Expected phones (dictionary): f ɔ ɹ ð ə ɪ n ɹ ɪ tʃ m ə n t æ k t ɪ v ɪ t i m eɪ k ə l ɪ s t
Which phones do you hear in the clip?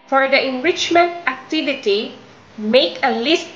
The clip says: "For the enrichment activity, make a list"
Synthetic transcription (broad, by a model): f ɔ ɹ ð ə ɪ n ɹ ɪ tʃ m ə n t æ k t ɪ v ɪ t i m eɪ k ə l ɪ s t